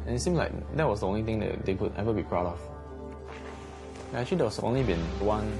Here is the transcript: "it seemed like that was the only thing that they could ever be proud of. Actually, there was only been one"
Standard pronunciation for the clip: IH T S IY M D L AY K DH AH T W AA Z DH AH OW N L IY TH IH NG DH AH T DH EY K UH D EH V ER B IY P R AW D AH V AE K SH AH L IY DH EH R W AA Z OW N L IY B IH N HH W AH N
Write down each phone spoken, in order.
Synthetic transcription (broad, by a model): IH T S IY M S L AY K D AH T W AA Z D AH OW N L IY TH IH NG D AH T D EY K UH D EH V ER B IY P R AW D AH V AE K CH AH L IY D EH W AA S OW N L IY B IH N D W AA N